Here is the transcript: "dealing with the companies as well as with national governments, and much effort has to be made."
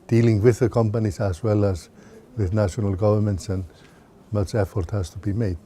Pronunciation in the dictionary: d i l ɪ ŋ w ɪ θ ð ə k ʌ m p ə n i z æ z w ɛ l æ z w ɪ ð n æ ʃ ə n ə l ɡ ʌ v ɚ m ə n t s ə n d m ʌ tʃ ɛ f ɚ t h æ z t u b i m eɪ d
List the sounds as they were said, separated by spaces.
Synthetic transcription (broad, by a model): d i l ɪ ŋ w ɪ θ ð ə k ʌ m p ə n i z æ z w ɛ l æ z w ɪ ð n æ ʃ ə n ə l ɡ ʌ v ɚ m ə n t s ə n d m ʌ tʃ ɛ f ɚ t h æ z t u b i m eɪ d